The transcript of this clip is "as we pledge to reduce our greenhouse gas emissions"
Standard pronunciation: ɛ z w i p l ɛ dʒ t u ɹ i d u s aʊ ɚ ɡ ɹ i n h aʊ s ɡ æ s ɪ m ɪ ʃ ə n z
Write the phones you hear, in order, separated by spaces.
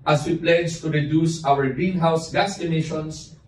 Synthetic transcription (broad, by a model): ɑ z w i p l ɛ dʒ t u ɹ i d u s aʊ ɚ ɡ i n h aʊ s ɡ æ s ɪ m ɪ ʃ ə n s